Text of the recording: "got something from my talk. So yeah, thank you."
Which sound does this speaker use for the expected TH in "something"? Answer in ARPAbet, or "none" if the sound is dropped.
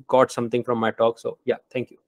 T